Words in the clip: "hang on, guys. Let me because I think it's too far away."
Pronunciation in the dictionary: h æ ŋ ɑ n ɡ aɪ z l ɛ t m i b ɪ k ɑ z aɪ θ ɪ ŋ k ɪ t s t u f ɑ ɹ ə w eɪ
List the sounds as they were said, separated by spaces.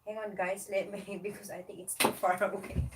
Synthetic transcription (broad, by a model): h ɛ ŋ ɑ n ɡ aɪ s l ɛ t m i b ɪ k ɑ s aɪ t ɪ ŋ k ɪ t s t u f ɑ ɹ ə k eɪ